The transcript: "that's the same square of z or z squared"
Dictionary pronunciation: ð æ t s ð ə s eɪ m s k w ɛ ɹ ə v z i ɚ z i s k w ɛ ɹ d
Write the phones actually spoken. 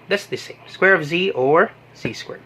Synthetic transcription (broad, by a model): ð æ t s ð ə s eɪ m s k w ɛ ɹ ə v z i ɚ z i s k w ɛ ɹ